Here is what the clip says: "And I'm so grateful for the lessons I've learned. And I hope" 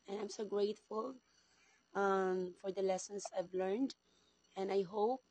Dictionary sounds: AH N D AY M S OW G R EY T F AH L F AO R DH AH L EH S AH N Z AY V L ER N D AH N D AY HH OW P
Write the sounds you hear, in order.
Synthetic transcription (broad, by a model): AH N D AY M S OW G R EY T F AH L F AO R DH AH L EH S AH N S AY V L ER N D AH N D AY HH OW P